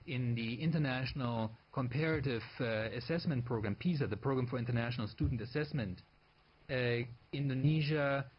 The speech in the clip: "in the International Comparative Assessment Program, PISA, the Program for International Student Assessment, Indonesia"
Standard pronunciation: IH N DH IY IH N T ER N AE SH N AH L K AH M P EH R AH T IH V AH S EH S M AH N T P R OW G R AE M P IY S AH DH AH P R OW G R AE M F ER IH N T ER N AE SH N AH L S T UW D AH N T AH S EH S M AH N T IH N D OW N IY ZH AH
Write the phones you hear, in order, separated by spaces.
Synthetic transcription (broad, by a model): IH N DH IY IH N T ER N AE SH N AH L K AH M P EH R AH T IH V AH S EH S M AH N T P R OW G R AE M P IY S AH DH AH P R OW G R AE M F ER IH N T ER N AE SH N AH L S T UW D N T AH S EH S M AH N T IH N D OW N IY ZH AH